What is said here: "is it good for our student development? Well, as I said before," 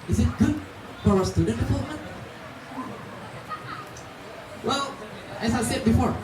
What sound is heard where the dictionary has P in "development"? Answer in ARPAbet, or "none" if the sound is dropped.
none